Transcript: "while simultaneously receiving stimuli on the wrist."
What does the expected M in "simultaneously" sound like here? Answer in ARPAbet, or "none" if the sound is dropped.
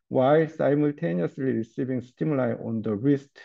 M